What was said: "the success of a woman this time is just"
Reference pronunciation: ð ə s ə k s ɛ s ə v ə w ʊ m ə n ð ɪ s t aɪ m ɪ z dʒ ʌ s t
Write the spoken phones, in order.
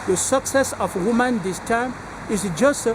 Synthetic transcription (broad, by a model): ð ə s ə k s ɛ s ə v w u m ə n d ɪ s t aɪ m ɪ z dʒ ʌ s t